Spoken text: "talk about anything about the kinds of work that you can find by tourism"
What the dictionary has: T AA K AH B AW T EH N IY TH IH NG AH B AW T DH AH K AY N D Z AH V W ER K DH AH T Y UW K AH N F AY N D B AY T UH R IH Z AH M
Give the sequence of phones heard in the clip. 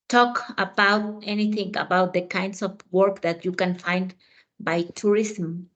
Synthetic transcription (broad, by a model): T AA K AH B AW T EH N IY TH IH NG AH B AW T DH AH K AY N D S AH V W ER K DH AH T Y UW K AH N F AY N D B AY T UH R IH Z M